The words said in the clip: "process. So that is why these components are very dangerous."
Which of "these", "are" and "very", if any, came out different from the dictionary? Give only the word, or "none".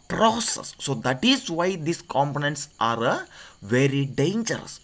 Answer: these